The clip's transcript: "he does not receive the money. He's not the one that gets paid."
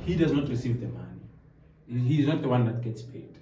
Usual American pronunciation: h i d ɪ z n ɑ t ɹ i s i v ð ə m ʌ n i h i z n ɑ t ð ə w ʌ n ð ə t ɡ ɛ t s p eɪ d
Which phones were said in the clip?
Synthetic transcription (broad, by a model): h i d ɪ z n ɑ t ɹ i s i v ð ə m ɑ n i h i z n ɑ t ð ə w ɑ n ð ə t ɡ ɛ t s p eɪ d